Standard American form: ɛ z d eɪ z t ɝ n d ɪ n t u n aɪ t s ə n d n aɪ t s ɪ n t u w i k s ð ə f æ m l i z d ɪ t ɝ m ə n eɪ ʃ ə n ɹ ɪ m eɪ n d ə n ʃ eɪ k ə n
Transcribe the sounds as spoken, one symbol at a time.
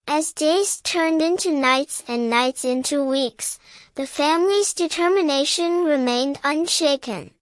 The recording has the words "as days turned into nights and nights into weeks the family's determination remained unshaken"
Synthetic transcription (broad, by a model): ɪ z d eɪ z t ɝ n d ɪ n t u n aɪ t s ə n n aɪ t s ɪ n t u w i k s ð ə f æ m l i z d ɪ t ɝ m ə n eɪ ʃ ə n ɹ ɪ m eɪ n d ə n ʃ eɪ k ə n